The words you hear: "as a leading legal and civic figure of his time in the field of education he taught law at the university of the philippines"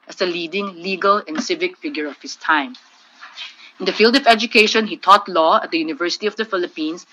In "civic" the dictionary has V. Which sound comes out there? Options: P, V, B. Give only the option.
V